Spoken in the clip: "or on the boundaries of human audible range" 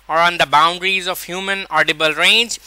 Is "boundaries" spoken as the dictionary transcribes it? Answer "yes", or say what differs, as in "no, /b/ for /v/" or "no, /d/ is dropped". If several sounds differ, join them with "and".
yes